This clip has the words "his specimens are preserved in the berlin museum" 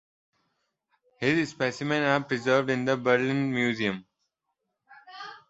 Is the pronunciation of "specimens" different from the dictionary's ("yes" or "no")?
yes